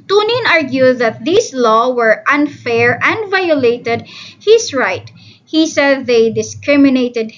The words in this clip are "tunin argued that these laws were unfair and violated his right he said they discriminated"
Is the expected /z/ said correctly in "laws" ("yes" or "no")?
no